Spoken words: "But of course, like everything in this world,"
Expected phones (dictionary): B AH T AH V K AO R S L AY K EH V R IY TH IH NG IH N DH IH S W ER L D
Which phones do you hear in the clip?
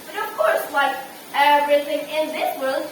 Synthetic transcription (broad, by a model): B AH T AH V K AO R S W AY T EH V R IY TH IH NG IH N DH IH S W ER L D